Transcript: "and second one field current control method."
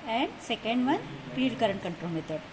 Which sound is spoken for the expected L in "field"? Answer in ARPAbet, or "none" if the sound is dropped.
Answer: none